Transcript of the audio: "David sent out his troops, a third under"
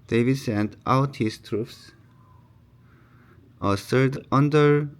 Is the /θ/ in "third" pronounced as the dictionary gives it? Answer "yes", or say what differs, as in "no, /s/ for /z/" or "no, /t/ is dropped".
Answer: no, /s/ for /θ/